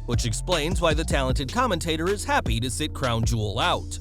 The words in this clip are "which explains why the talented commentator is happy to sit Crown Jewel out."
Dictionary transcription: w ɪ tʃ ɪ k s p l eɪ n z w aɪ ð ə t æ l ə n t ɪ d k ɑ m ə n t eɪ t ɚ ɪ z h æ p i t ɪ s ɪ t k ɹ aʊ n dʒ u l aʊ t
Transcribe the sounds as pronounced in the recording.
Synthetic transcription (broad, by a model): w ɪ tʃ ɪ k s p l eɪ n z w aɪ ð ə t æ l ə n t ɪ d k ɑ m ə n t eɪ t ɚ ɪ z h æ p i t ɪ s ɪ t k ɹ aʊ n dʒ u l aʊ t